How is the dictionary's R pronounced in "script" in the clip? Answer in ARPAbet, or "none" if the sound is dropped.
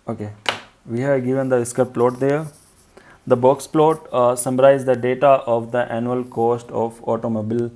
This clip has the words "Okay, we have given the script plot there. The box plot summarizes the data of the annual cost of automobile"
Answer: none